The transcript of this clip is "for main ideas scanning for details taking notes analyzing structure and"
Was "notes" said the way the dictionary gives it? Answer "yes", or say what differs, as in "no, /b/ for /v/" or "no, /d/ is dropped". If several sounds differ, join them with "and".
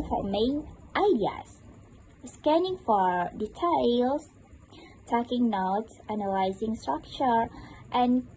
no, /s/ is dropped